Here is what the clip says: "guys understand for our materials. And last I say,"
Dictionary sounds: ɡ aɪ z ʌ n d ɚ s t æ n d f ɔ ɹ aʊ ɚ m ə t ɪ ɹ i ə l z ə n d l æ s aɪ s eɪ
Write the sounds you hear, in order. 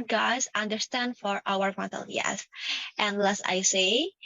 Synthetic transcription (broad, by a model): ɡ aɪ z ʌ n d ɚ s t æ n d f ɔ ɹ aʊ ɚ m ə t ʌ l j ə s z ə n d l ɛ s aɪ s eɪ